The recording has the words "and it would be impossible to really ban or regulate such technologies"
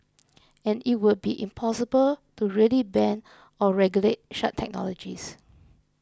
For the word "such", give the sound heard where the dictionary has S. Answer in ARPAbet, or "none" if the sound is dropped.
SH